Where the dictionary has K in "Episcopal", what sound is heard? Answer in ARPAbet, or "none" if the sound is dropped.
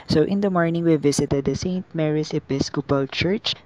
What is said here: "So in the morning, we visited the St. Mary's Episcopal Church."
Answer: K